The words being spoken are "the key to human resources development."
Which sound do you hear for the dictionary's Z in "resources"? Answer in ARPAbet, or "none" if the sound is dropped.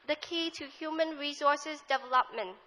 S